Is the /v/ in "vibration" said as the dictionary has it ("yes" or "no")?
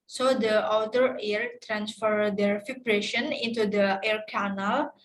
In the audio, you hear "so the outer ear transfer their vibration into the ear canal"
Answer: no